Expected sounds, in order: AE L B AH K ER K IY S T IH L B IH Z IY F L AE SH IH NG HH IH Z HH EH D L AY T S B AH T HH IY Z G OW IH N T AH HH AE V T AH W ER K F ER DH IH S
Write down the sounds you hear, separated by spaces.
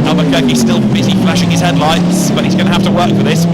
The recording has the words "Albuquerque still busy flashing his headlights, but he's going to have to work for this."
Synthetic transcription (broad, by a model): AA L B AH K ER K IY S T IH L B IH Z IY F L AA SH IH NG IH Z HH EH D L AY T S B AH T HH IY Z G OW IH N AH HH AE F T AH W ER K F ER DH IH S